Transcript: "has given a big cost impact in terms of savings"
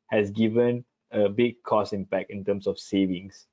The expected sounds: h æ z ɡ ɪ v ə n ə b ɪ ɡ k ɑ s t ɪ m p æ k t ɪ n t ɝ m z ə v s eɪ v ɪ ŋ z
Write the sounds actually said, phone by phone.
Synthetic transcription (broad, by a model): h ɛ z ɡ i v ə n ə b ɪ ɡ k ɑ s ɪ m p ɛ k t ɪ n t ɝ m s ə f s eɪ v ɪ ŋ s